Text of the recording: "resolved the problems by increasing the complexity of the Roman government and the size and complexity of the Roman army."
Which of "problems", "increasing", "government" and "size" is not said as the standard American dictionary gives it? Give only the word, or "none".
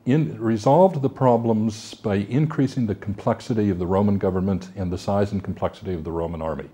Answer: none